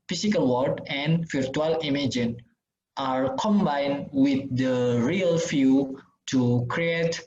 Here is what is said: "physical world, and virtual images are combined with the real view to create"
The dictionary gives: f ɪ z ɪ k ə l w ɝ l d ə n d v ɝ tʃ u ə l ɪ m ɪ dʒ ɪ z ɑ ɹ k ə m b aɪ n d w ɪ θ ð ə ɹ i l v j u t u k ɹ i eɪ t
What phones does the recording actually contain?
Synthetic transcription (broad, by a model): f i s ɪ k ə l w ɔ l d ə n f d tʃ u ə l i m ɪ dʒ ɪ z ɑ ɹ k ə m b aɪ n w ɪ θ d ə ɹ i l f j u t u k ɹ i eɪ t